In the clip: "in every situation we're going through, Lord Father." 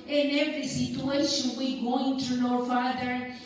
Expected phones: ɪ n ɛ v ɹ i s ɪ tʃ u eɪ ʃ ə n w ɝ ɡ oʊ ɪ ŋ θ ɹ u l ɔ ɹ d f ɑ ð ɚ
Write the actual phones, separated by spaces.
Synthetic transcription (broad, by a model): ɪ n ɛ v ɹ i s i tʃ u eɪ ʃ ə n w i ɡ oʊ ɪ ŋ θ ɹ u n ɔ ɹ f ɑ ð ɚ